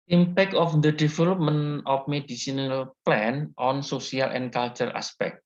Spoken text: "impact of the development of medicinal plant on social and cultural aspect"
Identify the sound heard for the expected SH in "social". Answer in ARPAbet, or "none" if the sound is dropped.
S